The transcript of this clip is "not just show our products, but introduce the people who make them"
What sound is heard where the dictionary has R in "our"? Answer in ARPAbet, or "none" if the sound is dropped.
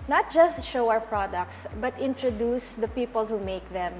W